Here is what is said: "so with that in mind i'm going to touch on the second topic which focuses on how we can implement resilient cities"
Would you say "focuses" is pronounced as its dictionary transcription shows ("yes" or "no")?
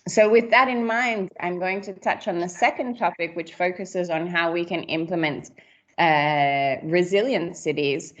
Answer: yes